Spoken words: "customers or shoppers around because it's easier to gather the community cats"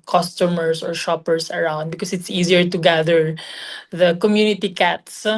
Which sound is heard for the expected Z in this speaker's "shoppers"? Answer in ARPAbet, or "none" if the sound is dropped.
S